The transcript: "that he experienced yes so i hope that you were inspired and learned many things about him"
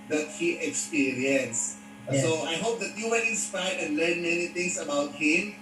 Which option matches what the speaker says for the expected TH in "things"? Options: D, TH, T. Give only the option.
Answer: T